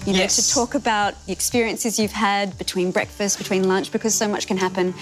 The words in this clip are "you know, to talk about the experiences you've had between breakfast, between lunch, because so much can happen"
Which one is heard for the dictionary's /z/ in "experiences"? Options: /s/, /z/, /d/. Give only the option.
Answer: /z/